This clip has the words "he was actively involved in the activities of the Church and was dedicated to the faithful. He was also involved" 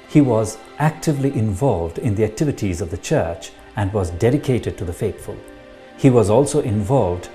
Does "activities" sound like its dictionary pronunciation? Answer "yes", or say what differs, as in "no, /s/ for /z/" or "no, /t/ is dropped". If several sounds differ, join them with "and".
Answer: yes